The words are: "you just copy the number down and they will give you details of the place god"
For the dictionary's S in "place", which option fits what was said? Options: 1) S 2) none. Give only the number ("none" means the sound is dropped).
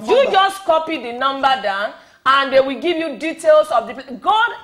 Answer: 2